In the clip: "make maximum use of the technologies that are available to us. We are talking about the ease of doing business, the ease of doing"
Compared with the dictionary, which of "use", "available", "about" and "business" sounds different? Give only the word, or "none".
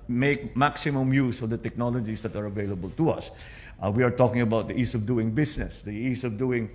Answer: business